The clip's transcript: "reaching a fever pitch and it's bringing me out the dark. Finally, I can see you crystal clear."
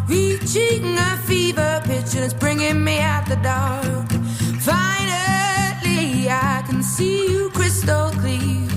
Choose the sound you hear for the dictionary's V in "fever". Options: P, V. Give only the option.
V